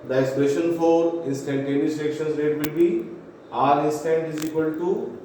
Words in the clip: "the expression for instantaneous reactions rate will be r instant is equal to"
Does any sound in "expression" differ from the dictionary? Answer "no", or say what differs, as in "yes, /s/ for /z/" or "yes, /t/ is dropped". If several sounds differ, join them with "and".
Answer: yes, /k/ is dropped and /ɹ/ is dropped